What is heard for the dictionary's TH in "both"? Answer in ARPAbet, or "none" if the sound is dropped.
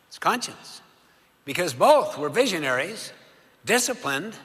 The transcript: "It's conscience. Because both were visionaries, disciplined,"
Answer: TH